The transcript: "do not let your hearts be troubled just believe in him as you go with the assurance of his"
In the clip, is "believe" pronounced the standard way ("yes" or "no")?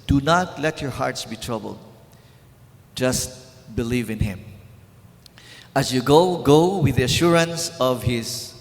yes